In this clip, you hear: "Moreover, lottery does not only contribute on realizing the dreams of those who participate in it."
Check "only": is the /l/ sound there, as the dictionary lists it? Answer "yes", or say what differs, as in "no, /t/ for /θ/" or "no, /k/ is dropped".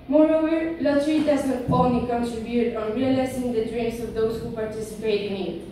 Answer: no, /l/ is dropped